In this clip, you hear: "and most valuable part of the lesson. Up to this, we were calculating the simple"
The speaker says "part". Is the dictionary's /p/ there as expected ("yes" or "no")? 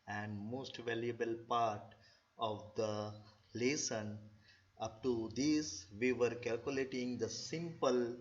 yes